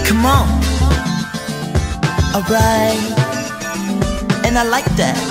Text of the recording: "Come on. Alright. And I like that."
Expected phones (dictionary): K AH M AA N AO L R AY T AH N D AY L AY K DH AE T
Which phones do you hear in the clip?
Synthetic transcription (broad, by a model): K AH M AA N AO R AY AH N AY L AY K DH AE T